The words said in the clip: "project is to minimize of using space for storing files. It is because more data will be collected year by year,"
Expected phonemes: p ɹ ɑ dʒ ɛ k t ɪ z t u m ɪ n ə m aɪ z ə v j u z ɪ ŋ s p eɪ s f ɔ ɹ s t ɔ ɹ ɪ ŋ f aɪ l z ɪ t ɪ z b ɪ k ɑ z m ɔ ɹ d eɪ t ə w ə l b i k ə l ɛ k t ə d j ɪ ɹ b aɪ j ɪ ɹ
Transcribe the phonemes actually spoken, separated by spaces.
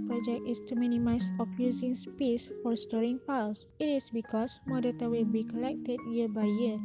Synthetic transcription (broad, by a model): p ɹ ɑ dʒ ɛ k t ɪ s t u m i n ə m aɪ s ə f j u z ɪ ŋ s p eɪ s f ɔ ɹ s t ɔ ɹ ɪ ŋ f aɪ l s ɪ t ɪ s b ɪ k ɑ s m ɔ d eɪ t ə w ə l b i k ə l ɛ k t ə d j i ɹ b aɪ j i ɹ